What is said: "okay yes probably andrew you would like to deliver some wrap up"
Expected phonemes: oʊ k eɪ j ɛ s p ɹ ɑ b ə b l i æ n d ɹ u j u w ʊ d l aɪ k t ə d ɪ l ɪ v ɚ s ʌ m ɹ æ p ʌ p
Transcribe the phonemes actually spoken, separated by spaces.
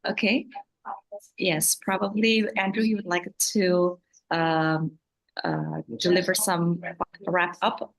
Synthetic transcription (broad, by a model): oʊ k eɪ j ɛ s p ɹ ɑ b ə b l i æ n d ɹ u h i w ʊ d l aɪ k t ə d ɪ l ɪ v ɚ s ʌ m ɹ æ p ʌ p